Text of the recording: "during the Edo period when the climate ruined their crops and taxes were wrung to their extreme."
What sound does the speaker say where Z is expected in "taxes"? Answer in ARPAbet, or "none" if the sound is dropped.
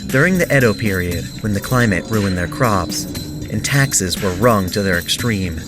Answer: Z